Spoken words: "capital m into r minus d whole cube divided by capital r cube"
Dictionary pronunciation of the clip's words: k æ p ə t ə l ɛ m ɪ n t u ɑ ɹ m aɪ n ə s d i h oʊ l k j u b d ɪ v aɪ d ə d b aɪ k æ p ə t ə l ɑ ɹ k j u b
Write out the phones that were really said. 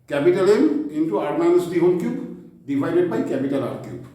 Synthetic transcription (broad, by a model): k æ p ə t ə l ɛ m ɪ n t u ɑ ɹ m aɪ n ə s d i h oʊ n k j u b d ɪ p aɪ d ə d b aɪ k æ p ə t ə l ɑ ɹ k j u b